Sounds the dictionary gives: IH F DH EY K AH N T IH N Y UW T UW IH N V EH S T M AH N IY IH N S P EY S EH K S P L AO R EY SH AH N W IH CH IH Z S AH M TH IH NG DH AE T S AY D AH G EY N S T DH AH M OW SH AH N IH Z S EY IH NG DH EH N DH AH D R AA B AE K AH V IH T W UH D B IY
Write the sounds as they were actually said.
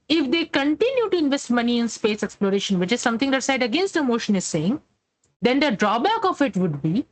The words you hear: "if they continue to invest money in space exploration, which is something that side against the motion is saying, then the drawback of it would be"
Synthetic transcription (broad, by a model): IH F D EY K AH N T IH N Y UW T UW IH N V EH S T M AH N IY IH N S P EY S EH K S P L AO R EY SH AH N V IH CH IH Z S AH M T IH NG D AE T S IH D AH G EY N S T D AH M OW SH AH N IH Z S EY IH NG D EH N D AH D R AA B AE K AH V IH T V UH D B IY